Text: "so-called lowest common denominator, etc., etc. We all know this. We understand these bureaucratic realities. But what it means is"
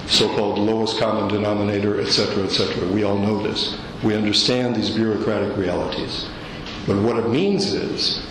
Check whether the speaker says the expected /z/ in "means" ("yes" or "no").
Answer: yes